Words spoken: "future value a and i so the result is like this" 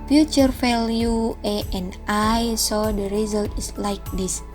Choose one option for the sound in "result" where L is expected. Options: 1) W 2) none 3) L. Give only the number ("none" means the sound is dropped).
3